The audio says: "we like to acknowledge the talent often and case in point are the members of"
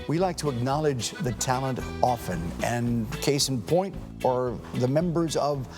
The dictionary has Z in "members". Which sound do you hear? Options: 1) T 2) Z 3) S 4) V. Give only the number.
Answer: 2